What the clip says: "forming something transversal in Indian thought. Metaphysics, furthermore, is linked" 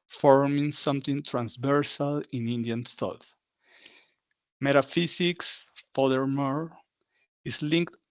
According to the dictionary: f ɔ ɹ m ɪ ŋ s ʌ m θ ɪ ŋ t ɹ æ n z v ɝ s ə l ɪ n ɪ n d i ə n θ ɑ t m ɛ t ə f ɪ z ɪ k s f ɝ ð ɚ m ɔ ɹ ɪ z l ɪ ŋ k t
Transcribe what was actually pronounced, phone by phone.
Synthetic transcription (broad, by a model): f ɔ ɹ m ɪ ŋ s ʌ m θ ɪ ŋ t ɹ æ n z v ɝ s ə l ɪ n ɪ n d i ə n t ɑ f m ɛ t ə f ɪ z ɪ k s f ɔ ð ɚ m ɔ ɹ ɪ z l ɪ ŋ k t